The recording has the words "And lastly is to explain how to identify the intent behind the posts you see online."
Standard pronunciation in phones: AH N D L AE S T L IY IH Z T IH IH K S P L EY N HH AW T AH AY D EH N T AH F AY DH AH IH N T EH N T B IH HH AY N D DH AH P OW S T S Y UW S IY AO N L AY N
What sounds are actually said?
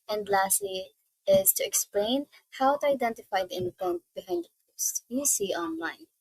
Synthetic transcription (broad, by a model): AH N D L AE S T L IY IH Z T IH IH K S P L EY N HH AW T AH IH D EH N T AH F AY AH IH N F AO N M B IH HH AY N D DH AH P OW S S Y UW S IY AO N L AY N